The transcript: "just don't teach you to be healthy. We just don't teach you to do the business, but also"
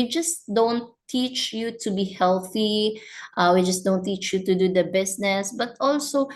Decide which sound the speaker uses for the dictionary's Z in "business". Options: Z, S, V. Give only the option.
S